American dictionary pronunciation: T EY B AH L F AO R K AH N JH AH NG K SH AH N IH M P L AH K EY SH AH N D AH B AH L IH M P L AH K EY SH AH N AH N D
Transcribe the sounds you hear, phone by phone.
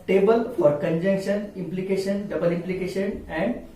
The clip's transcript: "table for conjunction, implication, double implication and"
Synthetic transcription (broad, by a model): T EY B AH L F AO R K AH N JH AH NG K SH AH N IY M P L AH K EY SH AH N D AH B AH L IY M P L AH K EY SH AH N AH N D